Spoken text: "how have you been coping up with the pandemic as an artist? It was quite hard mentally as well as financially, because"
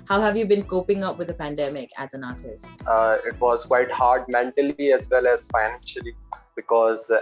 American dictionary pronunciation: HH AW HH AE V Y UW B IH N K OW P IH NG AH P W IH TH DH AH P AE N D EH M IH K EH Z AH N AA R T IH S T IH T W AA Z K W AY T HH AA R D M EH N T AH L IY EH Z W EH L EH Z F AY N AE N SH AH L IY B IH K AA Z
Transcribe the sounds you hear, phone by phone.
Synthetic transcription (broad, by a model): HH AW HH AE V Y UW B IH N K OW P IH NG AH P W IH DH AH P AE N D EH M IH K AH Z AH N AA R T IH S T IH T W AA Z K W AY T HH AA R D M EH N T AH L IY EH Z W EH L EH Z F AY N AE N SH AH L IY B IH K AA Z